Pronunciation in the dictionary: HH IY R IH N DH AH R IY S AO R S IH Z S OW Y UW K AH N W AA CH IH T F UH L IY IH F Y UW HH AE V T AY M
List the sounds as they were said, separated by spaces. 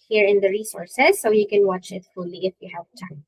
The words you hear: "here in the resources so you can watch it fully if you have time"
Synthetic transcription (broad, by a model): HH IY R IH N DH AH R IY S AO R S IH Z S OW Y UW K AH N W AA CH IH T F UH L IY IH F Y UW HH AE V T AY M